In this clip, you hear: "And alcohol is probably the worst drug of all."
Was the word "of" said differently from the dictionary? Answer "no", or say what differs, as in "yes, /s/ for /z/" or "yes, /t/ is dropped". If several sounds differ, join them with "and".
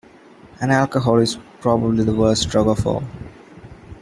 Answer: yes, /f/ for /v/